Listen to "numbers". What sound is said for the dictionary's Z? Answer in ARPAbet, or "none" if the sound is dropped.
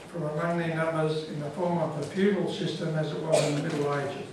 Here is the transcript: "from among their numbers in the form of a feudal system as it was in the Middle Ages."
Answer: Z